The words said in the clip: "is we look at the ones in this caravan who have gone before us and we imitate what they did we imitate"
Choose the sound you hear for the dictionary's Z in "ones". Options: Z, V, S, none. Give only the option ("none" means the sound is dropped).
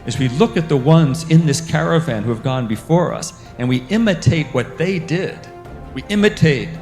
Z